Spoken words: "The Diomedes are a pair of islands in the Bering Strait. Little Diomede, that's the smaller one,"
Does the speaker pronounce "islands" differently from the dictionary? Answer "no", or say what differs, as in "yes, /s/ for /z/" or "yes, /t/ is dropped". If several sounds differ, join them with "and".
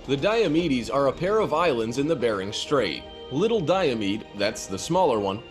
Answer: no